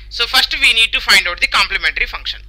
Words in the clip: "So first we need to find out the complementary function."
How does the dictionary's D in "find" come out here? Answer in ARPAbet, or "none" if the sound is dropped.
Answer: D